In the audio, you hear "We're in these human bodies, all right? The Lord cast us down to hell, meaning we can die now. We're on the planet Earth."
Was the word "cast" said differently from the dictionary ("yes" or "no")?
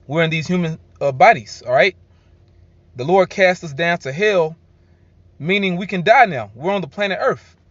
no